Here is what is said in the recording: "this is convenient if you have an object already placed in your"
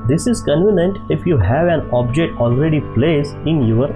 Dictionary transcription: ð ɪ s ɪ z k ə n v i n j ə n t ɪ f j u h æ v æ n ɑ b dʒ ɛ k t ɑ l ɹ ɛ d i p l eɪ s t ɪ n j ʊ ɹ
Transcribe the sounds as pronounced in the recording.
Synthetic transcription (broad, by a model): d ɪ s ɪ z k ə n v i n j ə n t ɪ f j u h æ v æ n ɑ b dʒ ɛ k t ɑ l ɹ ɛ d i p l eɪ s ɪ n j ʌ ɹ